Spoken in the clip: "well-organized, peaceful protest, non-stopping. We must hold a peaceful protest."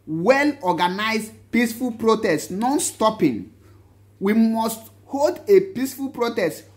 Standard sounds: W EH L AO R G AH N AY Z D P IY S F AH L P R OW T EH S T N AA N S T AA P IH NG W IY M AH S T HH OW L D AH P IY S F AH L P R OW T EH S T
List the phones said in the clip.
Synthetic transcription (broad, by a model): W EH L AO G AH N AY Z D P IY S F AH L P R OW T EH S T N AA N S T AA P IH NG W IY M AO S T HH OW L D AH P IY S F AH L P R OW T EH S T